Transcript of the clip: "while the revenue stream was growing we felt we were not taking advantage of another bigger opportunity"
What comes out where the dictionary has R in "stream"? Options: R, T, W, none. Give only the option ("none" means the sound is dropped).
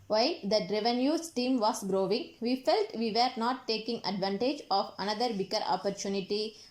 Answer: none